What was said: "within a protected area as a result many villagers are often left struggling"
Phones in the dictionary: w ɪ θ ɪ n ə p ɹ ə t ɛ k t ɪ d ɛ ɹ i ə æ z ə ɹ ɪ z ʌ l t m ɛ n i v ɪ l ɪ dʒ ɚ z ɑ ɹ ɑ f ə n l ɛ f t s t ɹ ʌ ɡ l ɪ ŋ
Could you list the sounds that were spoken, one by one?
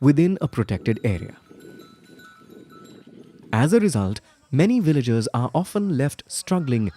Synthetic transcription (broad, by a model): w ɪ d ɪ n ə p ɹ ə t ɛ k t ɪ d ɛ ɹ i ə æ z ə ɹ ɪ z ʌ l t m ɛ n i v ɪ l ɪ dʒ ɚ z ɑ ɹ ɑ f ə n l ɛ f t s t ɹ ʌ ɡ l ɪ ŋ